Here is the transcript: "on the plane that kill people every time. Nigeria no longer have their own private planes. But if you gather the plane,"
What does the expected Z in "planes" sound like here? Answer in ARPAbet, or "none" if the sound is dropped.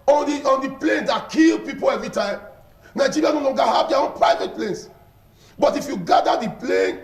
S